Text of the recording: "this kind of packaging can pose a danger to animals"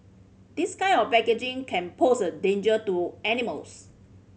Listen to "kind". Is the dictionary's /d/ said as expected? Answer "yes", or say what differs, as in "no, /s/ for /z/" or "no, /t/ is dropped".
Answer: no, /d/ is dropped